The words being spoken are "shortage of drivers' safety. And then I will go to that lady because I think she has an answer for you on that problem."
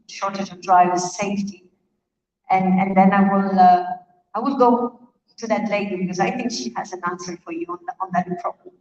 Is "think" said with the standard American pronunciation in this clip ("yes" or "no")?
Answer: yes